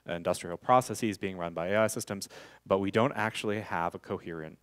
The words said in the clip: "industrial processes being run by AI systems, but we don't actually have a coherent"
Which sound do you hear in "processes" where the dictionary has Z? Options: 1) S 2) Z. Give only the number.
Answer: 2